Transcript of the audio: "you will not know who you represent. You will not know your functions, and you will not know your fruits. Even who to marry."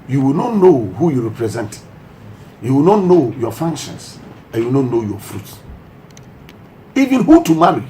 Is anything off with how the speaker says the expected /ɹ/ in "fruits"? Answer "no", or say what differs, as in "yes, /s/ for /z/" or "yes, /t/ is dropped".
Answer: no